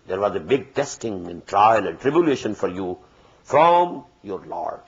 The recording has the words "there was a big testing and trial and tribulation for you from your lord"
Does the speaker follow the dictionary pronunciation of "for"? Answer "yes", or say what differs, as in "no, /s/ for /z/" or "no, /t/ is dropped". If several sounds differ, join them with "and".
yes